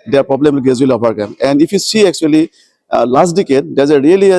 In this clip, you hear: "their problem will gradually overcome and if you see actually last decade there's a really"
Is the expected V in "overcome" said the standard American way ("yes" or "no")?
no